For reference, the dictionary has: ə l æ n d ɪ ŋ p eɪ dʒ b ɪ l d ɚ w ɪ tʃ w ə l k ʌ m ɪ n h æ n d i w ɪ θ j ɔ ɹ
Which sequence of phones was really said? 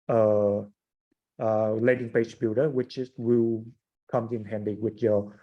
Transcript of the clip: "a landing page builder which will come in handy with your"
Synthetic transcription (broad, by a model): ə l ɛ d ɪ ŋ p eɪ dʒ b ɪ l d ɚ w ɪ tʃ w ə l k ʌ m ɪ n h æ n d i w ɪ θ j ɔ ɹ